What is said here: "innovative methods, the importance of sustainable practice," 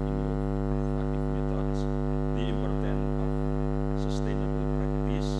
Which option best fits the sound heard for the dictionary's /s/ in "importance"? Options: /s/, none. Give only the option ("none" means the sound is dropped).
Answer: none